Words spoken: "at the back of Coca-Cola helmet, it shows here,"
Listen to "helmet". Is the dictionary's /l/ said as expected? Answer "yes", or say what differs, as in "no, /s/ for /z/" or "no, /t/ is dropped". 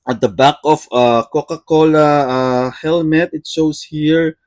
yes